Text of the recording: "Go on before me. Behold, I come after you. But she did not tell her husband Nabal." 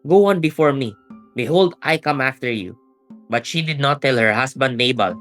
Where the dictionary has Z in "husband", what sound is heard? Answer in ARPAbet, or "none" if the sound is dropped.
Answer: S